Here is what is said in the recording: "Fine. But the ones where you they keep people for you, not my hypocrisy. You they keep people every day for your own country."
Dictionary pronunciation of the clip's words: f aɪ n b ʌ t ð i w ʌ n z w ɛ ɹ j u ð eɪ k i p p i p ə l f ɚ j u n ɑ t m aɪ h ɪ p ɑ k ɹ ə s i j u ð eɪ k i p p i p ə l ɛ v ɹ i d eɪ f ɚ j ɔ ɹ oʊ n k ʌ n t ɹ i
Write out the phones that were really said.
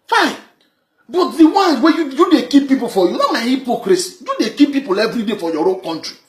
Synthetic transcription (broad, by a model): f aɪ n b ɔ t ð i w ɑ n w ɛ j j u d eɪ k i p p i p ə l f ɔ j u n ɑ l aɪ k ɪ p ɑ k ɹ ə s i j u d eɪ k i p p i p ə l ɛ v ɹ i d eɪ f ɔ j ɔ ɹ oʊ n k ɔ n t ɹ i